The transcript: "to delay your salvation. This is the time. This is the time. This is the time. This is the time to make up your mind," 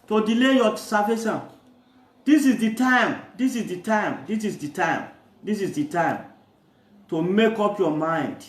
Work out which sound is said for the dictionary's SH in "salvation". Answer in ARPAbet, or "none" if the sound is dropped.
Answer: S